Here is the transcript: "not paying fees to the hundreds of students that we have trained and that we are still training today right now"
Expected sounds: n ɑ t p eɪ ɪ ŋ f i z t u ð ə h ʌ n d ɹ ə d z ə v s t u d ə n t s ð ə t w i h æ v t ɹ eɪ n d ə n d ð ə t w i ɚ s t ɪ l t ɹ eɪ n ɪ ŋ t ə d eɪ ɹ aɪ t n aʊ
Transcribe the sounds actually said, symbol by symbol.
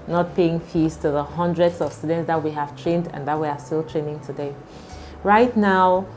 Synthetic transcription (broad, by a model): n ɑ t p eɪ ɪ ŋ f i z t u ð ə h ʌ n d ɹ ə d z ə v s t u d ə n t s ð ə t w i h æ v t ɹ eɪ n d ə n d ð ə t w i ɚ s t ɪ l t ɹ eɪ n ɪ ŋ t ə d eɪ ɹ aɪ t n aʊ